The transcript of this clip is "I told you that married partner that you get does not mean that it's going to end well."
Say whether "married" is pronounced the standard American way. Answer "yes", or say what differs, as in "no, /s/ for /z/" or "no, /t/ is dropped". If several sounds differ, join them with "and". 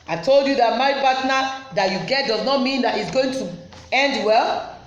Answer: no, /ɹ/ is dropped